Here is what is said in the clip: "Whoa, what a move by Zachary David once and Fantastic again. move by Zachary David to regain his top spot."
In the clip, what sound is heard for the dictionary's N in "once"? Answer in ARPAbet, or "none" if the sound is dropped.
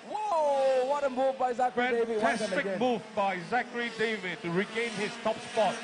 none